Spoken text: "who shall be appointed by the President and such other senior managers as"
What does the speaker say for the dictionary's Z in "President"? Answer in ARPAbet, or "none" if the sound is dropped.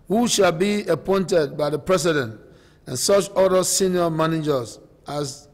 S